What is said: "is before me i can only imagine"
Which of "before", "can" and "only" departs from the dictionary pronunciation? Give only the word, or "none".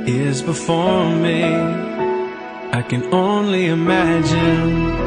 none